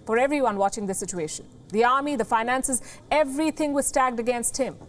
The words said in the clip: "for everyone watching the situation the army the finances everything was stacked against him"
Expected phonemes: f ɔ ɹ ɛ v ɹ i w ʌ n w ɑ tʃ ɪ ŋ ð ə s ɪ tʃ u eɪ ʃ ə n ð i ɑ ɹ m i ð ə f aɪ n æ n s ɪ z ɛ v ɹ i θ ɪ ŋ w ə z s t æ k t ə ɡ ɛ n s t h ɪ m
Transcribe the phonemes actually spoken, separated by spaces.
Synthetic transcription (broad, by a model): f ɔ ɹ ɛ v ɹ i w ʌ n w ɑ tʃ ɪ ŋ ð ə s ɪ tʃ u eɪ ʃ ə n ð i ɑ ɹ m i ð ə f aɪ n æ n s ɪ z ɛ v ɹ i t ɪ ŋ w ə z s t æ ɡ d ə ɡ ɛ n s t h ɪ m